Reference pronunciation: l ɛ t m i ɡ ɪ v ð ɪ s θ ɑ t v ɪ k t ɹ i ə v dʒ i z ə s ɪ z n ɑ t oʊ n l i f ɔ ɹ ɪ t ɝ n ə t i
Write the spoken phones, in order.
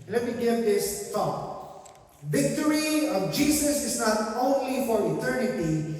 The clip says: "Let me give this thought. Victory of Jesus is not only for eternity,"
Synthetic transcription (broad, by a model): l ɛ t m i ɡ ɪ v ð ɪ s t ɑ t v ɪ k t ɹ i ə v dʒ i s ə s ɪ s n ɑ t oʊ n l i f ɔ ɹ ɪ t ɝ n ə t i